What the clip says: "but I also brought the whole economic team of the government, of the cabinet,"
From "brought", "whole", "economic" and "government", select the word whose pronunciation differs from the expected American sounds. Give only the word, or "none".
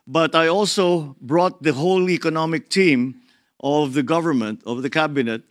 none